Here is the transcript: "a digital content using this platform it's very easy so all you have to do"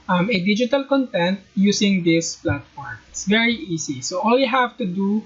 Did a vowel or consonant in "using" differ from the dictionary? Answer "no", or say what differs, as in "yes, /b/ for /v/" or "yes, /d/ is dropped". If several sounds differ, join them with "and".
yes, /s/ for /z/